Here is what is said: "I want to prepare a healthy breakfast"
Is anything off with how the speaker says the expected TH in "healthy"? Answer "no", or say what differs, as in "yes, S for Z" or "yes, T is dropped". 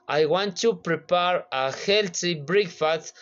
yes, S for TH